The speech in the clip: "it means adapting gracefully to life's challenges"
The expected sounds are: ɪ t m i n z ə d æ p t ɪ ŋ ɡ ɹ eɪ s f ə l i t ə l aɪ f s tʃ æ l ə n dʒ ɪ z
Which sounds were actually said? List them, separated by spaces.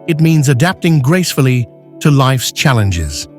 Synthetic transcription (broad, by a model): ɪ t m i n z ə d æ p t ɪ ŋ ɡ ɹ eɪ s f ə l i t ə l aɪ f s tʃ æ l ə n dʒ ɪ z